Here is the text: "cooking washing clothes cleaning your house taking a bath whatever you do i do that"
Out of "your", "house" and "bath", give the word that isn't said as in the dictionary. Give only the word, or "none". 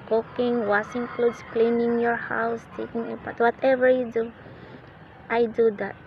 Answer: bath